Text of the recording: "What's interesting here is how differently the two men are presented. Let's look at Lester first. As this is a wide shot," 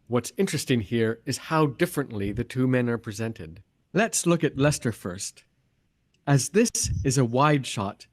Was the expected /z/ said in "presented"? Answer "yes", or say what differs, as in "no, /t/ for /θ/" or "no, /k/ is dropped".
yes